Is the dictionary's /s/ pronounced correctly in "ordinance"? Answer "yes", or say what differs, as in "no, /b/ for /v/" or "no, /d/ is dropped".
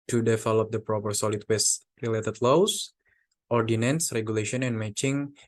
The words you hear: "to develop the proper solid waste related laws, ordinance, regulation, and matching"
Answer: yes